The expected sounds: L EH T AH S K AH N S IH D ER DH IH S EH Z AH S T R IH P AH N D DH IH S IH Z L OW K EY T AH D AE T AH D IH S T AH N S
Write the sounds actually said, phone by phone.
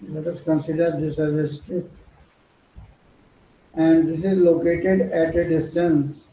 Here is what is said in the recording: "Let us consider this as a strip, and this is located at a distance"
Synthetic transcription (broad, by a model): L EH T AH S K AH N S IH D ER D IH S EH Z AH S T IH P AH N D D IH S IH Z L OW K EY T AH D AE T AH D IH S T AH N S